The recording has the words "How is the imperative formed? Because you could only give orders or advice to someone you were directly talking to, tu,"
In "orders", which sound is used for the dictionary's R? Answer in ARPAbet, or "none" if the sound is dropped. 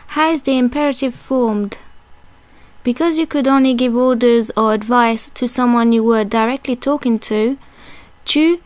R